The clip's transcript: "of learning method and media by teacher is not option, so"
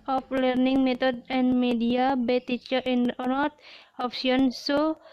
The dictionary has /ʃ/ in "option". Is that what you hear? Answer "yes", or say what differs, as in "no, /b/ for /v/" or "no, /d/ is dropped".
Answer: no, /s/ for /ʃ/